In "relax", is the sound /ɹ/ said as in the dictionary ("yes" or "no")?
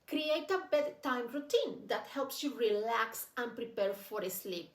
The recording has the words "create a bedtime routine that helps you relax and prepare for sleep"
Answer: yes